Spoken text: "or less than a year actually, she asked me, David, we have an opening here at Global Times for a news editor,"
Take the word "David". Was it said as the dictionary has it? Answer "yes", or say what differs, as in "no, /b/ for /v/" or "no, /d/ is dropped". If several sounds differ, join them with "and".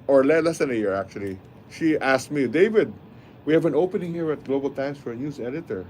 yes